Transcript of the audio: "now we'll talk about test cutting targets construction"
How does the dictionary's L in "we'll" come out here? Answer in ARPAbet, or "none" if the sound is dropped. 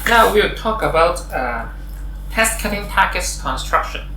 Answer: W